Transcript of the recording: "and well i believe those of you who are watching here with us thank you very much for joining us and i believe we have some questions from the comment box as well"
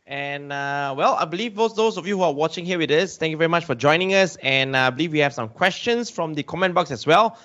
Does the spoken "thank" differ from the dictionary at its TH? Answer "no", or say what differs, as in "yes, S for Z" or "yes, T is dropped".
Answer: yes, T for TH